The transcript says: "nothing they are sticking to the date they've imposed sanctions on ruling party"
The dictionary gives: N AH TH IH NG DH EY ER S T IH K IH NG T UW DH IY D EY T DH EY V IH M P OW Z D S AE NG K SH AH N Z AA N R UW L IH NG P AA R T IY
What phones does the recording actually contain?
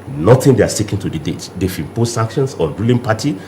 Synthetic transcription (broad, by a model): N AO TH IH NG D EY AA S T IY K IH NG T UW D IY D EY T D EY F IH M P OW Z S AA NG K SH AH N S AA R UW L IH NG P AA T IY